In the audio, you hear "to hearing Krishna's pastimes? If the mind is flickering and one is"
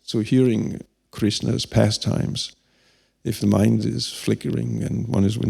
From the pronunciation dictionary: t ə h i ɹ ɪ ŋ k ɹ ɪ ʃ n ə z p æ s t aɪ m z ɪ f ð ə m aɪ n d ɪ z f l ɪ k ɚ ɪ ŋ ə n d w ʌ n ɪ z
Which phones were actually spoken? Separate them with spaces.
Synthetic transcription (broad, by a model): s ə h i ɹ ɪ ŋ k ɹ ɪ s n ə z p æ s t aɪ m z ɪ f ð ə m aɪ n d ɪ z f l ɪ k ɚ ɪ ŋ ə n w ʌ n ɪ z